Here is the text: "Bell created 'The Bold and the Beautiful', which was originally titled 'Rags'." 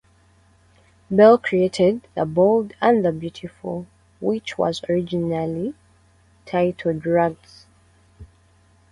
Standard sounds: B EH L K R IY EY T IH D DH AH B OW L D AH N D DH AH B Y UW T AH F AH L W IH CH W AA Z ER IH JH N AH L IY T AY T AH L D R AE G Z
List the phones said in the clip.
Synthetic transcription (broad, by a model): B EH L K R IY EY T IH D DH AH B OW L D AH N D DH AH B Y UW T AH F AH L W IH CH W AA Z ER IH JH N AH L IY T AY T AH D R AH G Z